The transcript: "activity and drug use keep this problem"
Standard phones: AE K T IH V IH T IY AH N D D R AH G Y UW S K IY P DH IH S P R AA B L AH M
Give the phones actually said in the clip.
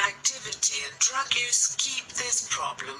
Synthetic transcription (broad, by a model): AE K T IH V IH T IY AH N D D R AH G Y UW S K IY P DH IH S P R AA B L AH M